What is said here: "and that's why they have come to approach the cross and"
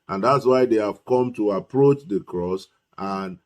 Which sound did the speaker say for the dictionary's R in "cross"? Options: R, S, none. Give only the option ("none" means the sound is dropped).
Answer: R